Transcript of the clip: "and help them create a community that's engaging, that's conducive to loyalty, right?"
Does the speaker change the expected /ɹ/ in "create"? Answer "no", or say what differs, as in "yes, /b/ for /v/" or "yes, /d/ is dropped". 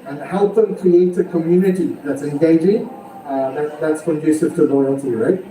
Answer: yes, /ɹ/ is dropped